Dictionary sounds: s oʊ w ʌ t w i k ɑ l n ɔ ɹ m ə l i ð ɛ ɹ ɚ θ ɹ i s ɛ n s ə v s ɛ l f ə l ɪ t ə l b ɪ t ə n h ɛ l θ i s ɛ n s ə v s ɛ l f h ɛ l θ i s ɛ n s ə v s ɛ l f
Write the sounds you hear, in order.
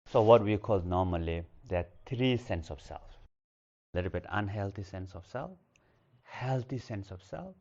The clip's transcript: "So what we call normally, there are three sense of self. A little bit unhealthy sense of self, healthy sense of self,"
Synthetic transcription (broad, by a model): s oʊ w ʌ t w i k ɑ l n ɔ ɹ m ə l i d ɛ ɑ t ɹ i s ɛ n s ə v s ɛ l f l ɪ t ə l b ɪ t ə n h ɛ l t i s ɛ n s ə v s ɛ l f h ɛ l t i s ɛ n s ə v s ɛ l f